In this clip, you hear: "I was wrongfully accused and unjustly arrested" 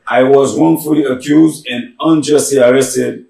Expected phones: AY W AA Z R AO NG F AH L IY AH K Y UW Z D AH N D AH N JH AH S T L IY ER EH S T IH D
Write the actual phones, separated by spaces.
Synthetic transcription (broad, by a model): AY W AA Z W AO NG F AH L IY AH K Y UW Z D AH N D AH N JH AH S T L IY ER EH S T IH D